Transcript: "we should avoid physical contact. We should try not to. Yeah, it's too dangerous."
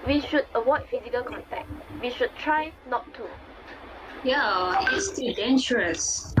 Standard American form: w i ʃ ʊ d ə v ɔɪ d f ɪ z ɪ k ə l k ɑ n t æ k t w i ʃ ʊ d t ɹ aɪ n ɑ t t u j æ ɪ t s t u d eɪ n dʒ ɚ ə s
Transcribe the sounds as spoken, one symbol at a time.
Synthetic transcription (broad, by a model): w i ʃ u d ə w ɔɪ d f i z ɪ k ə l k ɑ n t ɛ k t w i ʃ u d t ɹ aɪ n ɑ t t u j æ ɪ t s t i d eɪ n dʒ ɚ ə s